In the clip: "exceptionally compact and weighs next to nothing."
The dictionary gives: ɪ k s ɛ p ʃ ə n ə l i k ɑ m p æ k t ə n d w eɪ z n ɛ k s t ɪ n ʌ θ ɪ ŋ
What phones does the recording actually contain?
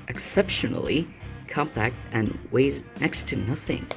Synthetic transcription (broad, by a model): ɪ k s ɛ p ʃ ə n l i k ɑ m p æ k t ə n w eɪ z n ɛ k s t ɪ n ʌ θ ɪ ŋ